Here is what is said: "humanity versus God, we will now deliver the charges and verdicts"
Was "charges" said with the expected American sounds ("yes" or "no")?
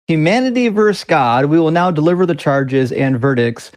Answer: yes